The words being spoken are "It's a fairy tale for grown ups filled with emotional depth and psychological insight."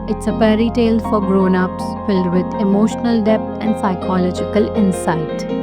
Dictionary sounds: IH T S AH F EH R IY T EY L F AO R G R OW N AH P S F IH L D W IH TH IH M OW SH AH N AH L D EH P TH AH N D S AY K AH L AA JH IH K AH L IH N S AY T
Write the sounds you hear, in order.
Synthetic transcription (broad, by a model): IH T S AH P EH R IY T EY L F AO R G R OW N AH P S F IH L D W IH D IH M OW SH AH N AH L D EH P T AH N D S AY K AH L AA JH IH K AH L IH N S AY T